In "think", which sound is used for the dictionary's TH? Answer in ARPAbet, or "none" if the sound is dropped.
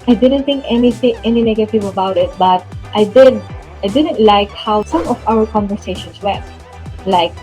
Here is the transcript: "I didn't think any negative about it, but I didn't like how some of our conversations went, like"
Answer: T